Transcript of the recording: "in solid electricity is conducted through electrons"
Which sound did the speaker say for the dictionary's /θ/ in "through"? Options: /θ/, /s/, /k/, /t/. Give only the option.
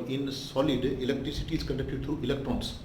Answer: /t/